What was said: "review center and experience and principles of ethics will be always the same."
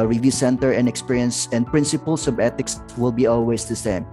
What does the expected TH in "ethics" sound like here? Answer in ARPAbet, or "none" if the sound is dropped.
T